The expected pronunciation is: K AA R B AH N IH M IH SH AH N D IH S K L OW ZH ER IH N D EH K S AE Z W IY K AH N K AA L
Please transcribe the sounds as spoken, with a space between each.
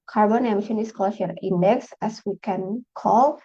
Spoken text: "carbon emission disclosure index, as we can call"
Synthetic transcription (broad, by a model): K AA R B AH N IH M IH SH AH N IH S K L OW SH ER IH N D EH K S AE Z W IY K AH N K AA L